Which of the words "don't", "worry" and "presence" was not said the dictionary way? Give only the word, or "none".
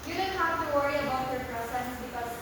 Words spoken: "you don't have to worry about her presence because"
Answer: presence